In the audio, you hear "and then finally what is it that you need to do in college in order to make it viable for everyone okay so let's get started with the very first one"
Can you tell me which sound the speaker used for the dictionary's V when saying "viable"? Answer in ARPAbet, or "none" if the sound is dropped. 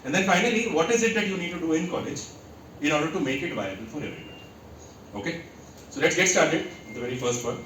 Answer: V